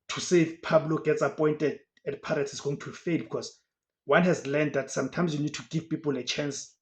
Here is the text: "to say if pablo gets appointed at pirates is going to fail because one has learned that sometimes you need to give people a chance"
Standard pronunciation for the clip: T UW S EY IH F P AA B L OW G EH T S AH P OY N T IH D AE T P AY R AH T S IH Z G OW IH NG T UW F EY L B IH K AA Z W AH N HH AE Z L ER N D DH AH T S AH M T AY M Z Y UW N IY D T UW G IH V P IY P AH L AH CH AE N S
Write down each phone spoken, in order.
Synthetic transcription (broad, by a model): T UW S EY IH F P AA B L OW G EH T S AH P OY N T IH D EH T P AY R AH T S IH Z G OW IH NG T UW F EY L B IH K AA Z W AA N HH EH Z L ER N D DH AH T S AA M T AY M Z Y UW N IY D T UW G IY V P IY P AH L AH CH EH N S